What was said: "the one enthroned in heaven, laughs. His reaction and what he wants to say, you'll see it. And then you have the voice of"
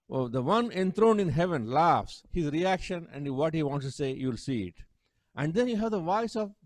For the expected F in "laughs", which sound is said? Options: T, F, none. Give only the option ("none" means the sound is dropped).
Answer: F